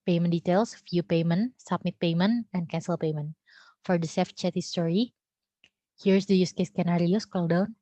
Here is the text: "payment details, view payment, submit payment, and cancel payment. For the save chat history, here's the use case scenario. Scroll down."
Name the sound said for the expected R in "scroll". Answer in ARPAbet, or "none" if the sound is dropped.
none